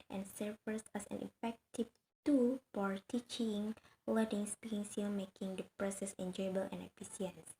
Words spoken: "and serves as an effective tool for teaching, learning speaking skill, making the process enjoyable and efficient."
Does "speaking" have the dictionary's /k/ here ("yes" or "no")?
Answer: no